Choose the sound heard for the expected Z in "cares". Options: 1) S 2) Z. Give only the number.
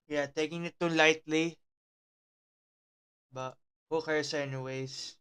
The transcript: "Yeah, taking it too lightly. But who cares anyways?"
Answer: 1